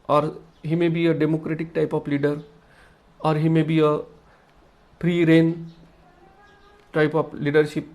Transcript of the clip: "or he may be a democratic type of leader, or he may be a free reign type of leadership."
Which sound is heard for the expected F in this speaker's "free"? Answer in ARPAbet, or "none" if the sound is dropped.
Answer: P